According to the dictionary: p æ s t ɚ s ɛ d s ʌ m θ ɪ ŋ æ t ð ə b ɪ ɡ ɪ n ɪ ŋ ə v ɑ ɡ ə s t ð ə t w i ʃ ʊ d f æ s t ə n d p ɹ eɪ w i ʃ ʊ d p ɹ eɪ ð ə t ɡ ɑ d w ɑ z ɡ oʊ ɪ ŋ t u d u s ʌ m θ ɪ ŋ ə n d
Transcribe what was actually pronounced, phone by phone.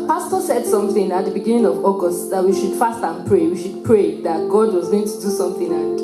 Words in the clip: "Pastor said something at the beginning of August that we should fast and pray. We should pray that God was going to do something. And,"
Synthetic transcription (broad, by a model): p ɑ s t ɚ s ɛ d s ʌ m θ ɪ ŋ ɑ t ð ə b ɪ ɡ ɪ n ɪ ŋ ə v ɑ ɡ ə s t ð ə t w i ʃ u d f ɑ s t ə n p ɹ eɪ w i ʃ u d p ɹ eɪ ð ə t ɡ ɑ d w ɑ z ɡ oʊ ɪ ŋ t u d u s ʌ m θ ɪ ŋ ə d